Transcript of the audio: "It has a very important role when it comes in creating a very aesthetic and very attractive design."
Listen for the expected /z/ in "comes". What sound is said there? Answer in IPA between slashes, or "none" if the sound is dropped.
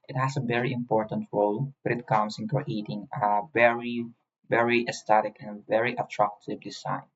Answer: /s/